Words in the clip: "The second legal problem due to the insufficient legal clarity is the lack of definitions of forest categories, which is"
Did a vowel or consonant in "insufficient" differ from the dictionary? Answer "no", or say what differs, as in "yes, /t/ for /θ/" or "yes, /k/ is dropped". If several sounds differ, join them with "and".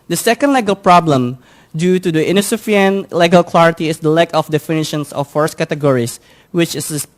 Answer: yes, /ʃ/ is dropped